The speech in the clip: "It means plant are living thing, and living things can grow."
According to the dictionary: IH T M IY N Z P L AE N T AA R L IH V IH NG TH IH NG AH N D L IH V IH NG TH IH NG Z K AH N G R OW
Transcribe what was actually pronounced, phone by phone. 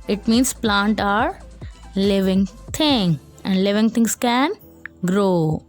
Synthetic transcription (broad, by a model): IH T M IY N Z P L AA N T AA R L IH V IH NG T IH NG AH N D L IH V IH NG T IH NG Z K AH N G R OW